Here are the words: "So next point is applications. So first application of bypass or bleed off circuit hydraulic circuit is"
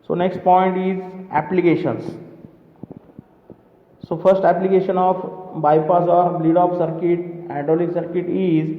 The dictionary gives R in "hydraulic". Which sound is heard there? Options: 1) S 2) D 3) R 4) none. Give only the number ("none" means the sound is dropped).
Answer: 4